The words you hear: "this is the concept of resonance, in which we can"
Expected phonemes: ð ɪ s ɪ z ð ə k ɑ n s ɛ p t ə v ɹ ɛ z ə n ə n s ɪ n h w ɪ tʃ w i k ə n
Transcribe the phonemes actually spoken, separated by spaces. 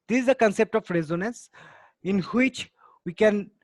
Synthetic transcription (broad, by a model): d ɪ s ɪ z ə k ɑ n s ɛ p t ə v ɹ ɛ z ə n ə n s ɪ n h w ɪ tʃ w i k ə n